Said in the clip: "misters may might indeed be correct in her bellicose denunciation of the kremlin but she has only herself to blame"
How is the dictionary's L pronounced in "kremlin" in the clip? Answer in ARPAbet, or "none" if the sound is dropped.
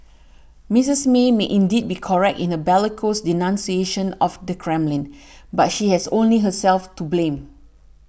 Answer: L